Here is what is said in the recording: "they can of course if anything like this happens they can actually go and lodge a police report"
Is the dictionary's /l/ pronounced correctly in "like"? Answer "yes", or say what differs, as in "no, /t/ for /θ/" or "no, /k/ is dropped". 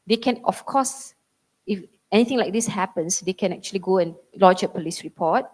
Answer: yes